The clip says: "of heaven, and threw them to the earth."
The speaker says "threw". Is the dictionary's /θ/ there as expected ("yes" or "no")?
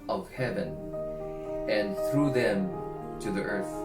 yes